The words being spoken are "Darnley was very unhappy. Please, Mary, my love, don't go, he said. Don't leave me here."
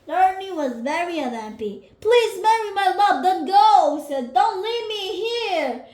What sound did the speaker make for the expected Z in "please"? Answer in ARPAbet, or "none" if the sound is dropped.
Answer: Z